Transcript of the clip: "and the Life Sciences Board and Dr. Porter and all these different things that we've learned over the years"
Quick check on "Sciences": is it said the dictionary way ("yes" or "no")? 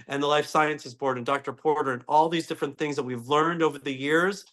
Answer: yes